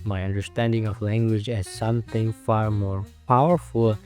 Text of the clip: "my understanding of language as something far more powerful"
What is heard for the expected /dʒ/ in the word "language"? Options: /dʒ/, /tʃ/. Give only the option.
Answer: /dʒ/